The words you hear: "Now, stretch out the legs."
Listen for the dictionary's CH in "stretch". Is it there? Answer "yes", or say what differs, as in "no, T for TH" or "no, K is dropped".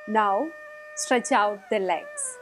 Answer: yes